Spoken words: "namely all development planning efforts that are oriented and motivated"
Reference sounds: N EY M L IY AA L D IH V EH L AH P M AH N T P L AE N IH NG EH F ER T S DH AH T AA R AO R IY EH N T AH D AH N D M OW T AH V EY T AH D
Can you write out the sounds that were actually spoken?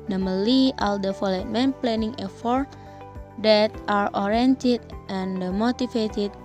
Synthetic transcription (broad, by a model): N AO M L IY AA L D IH F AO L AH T M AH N P L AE N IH NG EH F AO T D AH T AA R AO R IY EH N T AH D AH N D M OW T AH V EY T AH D